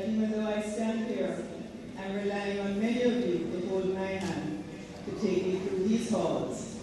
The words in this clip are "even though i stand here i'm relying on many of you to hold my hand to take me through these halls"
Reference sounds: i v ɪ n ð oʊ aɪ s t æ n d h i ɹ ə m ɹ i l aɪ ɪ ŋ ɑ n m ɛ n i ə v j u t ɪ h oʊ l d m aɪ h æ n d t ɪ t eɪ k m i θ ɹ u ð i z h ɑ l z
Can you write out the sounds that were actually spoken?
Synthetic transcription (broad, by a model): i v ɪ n ð oʊ aɪ s t æ n d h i ɹ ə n ɹ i l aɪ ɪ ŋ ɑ n m ɛ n i ə v j u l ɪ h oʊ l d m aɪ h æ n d t ɪ t eɪ k m i θ ɹ u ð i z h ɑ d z